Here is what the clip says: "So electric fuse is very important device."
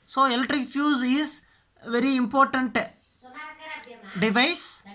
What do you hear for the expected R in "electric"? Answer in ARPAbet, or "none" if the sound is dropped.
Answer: R